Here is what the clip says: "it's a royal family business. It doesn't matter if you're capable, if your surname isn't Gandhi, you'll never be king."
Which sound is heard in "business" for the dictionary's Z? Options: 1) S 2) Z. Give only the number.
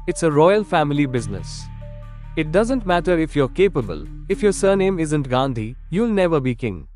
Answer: 2